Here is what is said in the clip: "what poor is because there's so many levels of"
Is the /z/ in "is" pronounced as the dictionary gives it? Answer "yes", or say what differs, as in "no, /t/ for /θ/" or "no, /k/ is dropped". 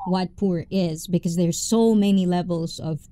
yes